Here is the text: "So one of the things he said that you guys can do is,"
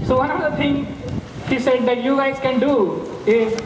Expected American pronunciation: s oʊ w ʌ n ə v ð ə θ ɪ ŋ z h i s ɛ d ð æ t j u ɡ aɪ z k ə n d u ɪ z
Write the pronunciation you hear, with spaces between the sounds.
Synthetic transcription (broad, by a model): s oʊ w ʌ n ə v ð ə t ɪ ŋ h i s ɛ d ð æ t j u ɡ aɪ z k ə n d u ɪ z